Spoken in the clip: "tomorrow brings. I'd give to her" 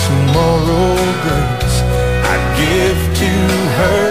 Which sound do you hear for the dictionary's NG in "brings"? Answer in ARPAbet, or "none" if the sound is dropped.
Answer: none